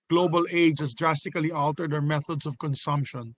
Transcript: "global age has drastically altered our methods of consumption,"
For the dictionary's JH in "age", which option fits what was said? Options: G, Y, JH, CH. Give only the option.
JH